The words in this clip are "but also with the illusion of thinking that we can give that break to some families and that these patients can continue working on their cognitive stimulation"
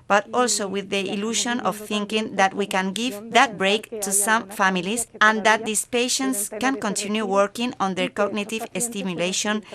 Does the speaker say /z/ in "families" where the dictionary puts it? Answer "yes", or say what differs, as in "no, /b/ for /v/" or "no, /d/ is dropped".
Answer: no, /s/ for /z/